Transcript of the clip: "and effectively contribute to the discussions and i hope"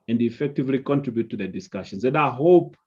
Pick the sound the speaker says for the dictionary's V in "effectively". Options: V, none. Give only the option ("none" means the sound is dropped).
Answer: V